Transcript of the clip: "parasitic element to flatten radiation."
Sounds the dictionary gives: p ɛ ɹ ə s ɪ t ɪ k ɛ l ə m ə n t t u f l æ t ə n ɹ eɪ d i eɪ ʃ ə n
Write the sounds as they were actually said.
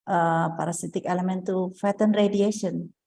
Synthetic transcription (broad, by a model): p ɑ ɹ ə s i t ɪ k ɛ l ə m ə n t t u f ɛ t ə n ɹ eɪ d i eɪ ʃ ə n